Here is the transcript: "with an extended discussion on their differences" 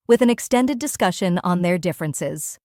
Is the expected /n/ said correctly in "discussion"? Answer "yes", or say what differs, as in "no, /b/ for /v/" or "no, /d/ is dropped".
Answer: yes